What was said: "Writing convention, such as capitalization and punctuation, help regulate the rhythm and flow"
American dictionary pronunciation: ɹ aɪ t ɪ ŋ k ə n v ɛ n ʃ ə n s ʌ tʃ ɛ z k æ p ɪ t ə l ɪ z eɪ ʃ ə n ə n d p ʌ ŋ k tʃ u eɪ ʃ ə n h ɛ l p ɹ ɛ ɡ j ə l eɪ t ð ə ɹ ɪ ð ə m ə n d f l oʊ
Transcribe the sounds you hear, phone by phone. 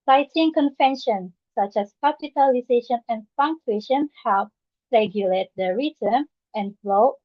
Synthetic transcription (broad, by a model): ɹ aɪ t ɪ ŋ k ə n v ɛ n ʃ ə n s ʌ tʃ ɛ s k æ p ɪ t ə l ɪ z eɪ ʃ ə n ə n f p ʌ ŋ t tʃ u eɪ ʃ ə n h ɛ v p ɹ ɛ ɡ j ə l eɪ t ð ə ɹ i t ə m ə n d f l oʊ